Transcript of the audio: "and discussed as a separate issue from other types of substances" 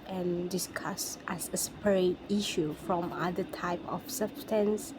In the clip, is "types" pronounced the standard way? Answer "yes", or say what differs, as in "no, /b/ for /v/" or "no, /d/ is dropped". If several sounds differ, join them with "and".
no, /s/ is dropped